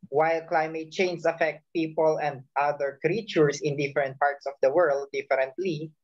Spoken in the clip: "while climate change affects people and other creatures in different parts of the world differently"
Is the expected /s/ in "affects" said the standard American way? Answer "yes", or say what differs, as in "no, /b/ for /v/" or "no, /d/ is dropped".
no, /s/ is dropped